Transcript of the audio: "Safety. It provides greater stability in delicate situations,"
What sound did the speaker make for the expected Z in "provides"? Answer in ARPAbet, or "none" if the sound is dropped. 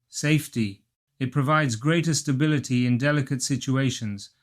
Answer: Z